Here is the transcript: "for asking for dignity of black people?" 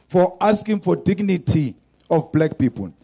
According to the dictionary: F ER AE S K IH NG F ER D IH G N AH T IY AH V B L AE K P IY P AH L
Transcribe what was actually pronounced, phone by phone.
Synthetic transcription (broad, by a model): F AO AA S K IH NG F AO D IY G N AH T IY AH F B L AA K P IY P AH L